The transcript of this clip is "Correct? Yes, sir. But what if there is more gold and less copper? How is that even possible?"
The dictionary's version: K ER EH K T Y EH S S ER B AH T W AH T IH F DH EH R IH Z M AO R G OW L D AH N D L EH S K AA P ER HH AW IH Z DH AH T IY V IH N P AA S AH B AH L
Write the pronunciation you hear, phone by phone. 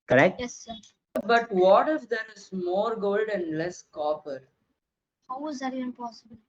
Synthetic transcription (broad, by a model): K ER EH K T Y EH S S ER B AH T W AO T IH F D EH R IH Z M AO R G OW L D AH N D L EH S K AA P ER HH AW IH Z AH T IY IH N P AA S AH B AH L